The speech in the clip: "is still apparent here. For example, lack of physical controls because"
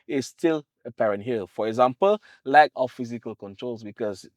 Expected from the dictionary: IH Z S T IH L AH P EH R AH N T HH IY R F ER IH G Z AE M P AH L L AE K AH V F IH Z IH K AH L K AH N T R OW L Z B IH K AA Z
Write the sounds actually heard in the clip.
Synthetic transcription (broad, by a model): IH S T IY L AH P EH R AH N T HH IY L F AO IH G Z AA M P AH L L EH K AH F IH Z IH K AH L K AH N T R OW L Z B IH K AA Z